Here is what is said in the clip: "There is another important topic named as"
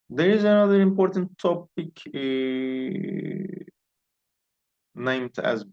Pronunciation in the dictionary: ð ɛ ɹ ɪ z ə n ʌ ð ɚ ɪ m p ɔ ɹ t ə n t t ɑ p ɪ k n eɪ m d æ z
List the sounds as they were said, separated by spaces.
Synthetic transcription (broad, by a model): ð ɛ ɹ ɪ z ə n ʌ ð ɚ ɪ m p ɔ ɹ t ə n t t ɑ p ɪ k n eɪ m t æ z